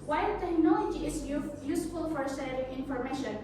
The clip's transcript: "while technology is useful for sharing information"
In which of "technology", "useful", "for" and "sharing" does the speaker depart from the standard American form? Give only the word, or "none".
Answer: sharing